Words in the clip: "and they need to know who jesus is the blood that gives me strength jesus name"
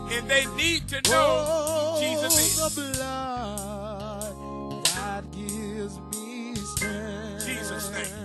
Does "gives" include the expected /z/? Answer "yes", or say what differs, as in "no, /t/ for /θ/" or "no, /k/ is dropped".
yes